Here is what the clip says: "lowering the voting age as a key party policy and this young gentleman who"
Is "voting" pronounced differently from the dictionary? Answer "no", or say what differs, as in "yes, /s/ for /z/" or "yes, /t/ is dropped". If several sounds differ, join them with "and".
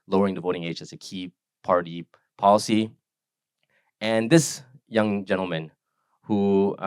no